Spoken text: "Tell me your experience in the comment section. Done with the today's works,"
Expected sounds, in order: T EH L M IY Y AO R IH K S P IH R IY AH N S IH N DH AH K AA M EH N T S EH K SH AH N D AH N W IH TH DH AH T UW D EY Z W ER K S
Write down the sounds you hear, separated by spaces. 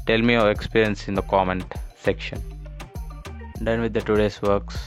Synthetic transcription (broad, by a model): T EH L M IY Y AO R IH K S P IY R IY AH N S IH N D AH K AA M EH N T S EH K SH AH N D AH N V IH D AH T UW D EY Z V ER K S